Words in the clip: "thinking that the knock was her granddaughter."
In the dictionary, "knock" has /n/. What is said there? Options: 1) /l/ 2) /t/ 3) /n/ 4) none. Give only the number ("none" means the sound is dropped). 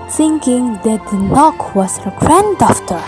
3